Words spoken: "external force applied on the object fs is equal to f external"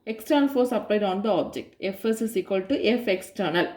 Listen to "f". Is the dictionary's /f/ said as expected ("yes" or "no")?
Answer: yes